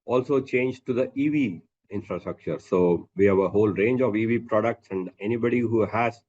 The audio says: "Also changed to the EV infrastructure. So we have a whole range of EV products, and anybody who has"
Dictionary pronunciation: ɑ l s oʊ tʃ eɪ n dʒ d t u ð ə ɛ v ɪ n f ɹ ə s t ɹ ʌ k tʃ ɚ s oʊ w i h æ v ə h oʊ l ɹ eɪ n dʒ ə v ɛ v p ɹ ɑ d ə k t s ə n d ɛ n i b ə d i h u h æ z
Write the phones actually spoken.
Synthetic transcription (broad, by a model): ɑ l s oʊ tʃ eɪ n dʒ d t u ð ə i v ɪ n f ɹ ə s t ɹ ʌ k tʃ ɚ s oʊ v i h æ v ə h oʊ l ɹ eɪ n dʒ ə v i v p ɹ ɑ d ə k t s ə n d ɛ n i b ə d i h u h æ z